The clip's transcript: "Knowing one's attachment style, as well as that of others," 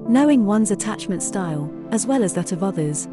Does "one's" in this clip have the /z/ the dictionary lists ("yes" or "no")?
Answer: yes